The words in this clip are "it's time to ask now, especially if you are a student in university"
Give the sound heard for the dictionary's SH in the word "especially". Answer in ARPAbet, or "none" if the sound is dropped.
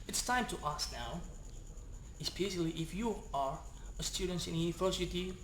S